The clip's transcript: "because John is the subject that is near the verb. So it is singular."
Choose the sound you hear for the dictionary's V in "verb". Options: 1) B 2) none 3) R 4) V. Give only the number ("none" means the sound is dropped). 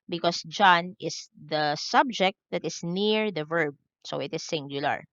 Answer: 4